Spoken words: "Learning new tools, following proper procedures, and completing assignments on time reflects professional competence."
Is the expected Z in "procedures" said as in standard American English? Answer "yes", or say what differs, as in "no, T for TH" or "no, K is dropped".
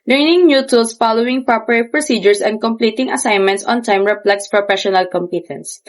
no, S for Z